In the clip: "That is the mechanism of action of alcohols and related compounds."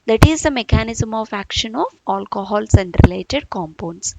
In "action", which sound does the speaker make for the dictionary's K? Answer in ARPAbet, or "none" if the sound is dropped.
K